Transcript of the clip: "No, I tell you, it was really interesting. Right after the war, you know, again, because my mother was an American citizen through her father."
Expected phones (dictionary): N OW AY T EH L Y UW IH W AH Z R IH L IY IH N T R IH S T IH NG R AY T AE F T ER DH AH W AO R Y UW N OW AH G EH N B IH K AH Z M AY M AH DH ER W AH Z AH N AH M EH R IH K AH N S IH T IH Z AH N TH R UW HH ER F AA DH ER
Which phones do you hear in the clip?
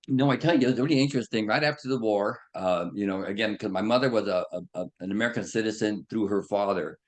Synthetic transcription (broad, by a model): N OW AY T EH L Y IH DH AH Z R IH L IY IH N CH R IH S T IH NG R AY T AE F T ER DH AH W AO R Y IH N OW AH G EH N K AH Z M AY M AH DH ER W AH Z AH N AH M EH R IH K AH N S IH T IH Z AH N TH R UW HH ER F AA DH ER